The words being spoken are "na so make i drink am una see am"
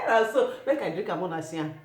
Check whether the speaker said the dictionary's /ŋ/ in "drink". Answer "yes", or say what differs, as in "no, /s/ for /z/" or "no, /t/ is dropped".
no, /ŋ/ is dropped